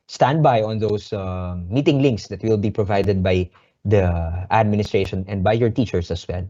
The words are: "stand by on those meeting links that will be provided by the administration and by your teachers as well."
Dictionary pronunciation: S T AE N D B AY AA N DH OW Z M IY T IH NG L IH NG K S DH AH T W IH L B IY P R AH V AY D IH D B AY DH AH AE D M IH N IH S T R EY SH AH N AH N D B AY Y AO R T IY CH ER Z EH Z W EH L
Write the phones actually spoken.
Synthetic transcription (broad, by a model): S T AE N D B AY AA N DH OW S M IY T IH NG L IH NG K S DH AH T W IH L B IY P R AH V AY D IH D B AY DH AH AE D M IH N IH S T R EY SH AH N AH N D B AY Y AO R T IY CH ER S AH S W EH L